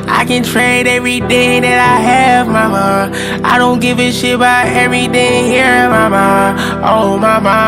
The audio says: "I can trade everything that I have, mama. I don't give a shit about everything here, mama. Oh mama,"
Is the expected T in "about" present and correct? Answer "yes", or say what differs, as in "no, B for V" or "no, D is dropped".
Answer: no, T is dropped